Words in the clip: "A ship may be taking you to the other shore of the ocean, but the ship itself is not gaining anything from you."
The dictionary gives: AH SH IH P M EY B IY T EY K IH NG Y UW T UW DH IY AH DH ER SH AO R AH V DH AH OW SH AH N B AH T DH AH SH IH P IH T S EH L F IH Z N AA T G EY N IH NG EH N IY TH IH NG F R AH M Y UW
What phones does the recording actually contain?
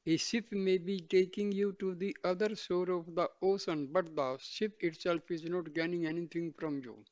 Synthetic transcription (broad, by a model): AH S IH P M EY B IY T EY K IH NG Y UW T UW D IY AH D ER S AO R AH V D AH OW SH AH N B AH T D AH S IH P IH T S EH L F IH Z N AA T G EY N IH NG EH N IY T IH NG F R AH M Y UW